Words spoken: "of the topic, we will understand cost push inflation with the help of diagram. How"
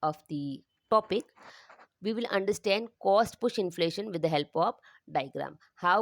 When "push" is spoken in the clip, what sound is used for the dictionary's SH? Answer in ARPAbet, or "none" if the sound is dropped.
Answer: SH